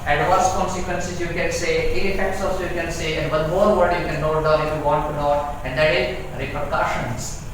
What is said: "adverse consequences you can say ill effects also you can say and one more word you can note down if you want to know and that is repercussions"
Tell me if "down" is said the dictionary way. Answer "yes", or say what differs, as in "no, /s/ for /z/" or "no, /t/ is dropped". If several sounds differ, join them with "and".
no, /n/ is dropped